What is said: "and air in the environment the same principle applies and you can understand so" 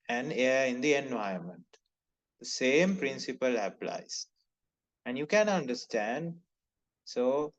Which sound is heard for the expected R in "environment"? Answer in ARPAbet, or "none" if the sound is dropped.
none